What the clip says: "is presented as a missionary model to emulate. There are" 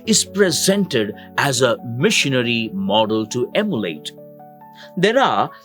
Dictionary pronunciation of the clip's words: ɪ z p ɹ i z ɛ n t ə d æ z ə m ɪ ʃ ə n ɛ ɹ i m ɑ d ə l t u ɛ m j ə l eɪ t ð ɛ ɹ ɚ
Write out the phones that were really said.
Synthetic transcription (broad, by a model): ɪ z p ɹ i z ɛ n t ə d æ z ə m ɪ ʃ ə n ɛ ɹ i m ɑ d ə l t u ɛ m j ə l eɪ t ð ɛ ɹ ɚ